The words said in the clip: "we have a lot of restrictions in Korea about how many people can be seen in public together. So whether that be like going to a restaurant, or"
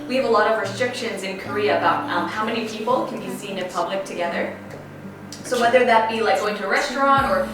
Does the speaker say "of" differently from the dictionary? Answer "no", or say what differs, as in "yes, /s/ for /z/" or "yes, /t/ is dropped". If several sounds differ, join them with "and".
no